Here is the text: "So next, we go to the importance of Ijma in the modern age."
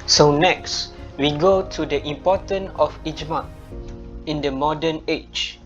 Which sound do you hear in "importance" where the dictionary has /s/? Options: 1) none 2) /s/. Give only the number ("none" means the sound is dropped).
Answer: 1